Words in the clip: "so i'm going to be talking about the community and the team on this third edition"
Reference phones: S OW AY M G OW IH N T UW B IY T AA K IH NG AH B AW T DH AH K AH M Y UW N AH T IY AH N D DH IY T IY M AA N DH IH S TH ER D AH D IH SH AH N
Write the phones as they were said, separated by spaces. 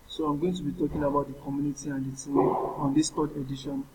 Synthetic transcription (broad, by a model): S OW AY M G OW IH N T UW B IY T AA K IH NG AH B AW T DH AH K AH M Y UW N AH T IY AH N D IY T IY AA N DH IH S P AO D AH D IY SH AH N